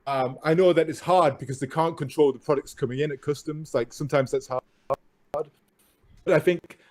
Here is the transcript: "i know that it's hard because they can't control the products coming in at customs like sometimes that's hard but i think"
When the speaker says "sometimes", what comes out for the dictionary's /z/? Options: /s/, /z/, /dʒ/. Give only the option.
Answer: /z/